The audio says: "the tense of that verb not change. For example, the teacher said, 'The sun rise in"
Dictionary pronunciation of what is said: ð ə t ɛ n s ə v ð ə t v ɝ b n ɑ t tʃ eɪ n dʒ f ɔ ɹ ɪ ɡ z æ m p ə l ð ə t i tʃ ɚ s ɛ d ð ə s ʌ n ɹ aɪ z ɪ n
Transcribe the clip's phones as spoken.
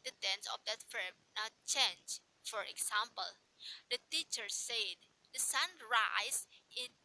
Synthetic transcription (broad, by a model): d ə t ɛ n s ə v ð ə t f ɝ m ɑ tʃ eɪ n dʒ f ɔ ɹ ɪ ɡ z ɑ m p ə l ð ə t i tʃ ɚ s ɛ d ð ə s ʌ n ɹ aɪ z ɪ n